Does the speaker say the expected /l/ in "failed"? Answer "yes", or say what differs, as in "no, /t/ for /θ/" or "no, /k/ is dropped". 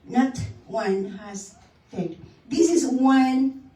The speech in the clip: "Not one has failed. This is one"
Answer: no, /l/ is dropped